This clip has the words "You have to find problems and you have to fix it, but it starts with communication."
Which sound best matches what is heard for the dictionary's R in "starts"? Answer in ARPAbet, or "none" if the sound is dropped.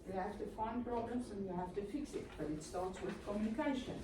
L